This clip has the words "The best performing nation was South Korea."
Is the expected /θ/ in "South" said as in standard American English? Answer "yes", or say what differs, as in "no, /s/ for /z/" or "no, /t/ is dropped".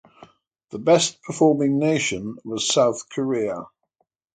yes